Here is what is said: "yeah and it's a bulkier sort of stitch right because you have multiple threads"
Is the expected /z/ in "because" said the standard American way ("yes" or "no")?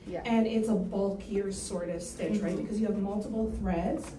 yes